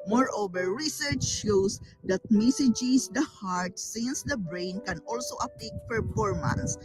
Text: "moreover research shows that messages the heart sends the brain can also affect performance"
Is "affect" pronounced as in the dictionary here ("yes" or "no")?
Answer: no